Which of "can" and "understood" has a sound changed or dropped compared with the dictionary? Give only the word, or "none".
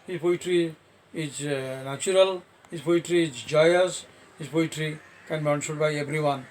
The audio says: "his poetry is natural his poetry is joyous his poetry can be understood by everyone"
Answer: understood